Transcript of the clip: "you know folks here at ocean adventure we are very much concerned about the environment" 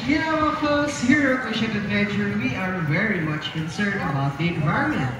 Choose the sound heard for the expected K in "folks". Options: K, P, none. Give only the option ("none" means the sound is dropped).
none